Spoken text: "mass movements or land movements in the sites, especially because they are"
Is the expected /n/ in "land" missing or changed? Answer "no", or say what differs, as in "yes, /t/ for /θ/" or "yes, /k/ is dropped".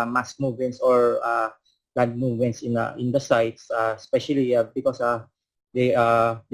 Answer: yes, /n/ is dropped